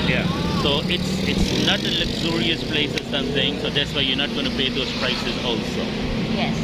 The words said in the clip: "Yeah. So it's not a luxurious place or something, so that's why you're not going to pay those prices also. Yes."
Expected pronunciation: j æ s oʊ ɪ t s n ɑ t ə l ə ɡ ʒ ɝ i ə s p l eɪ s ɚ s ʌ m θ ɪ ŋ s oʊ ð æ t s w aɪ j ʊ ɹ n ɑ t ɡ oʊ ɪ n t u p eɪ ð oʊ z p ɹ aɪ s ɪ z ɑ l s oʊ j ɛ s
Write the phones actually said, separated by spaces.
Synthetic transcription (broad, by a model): j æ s oʊ ɪ t s n ɑ t ə l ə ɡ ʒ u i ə s p l eɪ s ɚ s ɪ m s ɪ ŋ s oʊ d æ t s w aɪ j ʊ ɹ n ɑ t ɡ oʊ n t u p eɪ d oʊ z p ɹ aɪ s ɪ z ɑ l s oʊ j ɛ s